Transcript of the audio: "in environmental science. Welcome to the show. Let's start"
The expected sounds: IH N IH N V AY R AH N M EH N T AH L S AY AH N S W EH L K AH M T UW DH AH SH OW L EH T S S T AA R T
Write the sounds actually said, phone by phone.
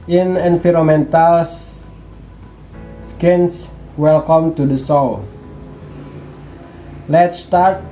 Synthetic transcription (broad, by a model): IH N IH N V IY R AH M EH N T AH L S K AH N S W EH L K AH M T UW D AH S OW L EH T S S T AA R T